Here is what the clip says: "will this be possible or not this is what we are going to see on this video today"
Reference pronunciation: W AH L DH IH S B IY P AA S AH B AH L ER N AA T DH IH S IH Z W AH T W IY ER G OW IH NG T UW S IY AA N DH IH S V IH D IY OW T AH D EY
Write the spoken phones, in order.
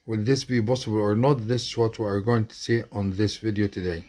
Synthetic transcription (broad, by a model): W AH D DH IH S B IY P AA S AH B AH L ER N AA T DH IH S IH Z W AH T W IY ER G OW IH NG T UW S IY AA N DH IH S V IH D IY OW T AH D EY